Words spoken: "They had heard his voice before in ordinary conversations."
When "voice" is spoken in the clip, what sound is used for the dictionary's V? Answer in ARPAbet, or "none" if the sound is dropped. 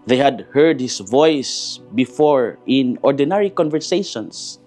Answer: V